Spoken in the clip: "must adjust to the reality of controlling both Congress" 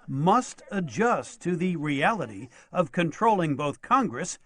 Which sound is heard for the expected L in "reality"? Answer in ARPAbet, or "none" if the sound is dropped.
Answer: L